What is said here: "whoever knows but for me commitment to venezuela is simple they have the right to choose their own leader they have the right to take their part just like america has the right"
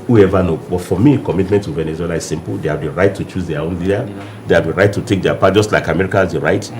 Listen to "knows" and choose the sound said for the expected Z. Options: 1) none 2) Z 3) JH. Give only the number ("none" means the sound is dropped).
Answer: 1